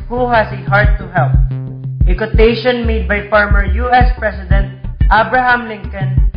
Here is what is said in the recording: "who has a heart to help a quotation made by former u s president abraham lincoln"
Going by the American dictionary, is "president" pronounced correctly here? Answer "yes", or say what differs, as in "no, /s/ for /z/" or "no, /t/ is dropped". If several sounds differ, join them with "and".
no, /s/ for /z/